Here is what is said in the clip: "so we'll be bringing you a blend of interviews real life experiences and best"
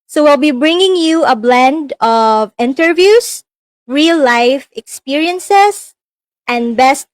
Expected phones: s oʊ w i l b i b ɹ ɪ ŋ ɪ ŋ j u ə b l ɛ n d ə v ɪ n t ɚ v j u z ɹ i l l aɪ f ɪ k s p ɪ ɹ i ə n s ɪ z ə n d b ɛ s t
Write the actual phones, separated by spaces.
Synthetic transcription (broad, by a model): s oʊ w i l b i b ɹ ɪ ŋ ɪ ŋ j u ə b l ɛ n d ə v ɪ n t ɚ v j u s ɹ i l l aɪ f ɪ k s p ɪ ɹ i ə n s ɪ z ə n d b ɛ s t